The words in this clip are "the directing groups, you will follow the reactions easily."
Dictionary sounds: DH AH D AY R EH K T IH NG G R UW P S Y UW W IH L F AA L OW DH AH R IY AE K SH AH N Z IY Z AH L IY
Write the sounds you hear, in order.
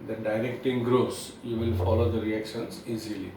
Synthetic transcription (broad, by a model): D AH D AY R EH K T IH NG G R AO S Y UW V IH L F AA L OW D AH R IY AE K SH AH N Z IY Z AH L IY